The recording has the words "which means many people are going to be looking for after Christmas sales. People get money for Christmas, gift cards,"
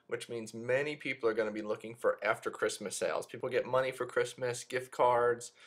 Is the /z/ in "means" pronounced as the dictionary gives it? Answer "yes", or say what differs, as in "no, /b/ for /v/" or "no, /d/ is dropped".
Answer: yes